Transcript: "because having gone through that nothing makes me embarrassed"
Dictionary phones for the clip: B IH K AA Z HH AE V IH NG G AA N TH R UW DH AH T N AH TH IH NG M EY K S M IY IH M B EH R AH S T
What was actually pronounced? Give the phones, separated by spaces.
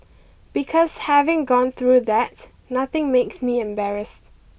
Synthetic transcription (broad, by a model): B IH K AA S HH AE V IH NG G AA N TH R UW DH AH T N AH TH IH NG M EY K S M IY IH M B EH R AH S T